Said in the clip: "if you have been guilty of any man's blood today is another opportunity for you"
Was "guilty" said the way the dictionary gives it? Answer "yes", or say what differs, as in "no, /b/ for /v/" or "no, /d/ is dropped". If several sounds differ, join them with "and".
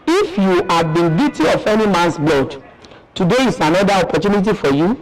no, /l/ is dropped